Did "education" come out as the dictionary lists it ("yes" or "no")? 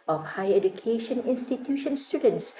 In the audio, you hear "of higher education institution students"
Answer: yes